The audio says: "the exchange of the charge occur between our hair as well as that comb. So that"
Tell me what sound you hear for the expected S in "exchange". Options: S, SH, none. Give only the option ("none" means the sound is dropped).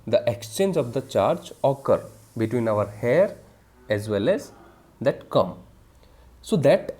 S